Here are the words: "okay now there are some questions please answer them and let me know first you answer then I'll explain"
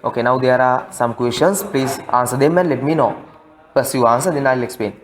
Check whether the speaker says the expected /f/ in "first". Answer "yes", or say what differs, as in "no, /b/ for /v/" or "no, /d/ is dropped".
no, /p/ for /f/